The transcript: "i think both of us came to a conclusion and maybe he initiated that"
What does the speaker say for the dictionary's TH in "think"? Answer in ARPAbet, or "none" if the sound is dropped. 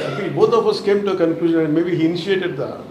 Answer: F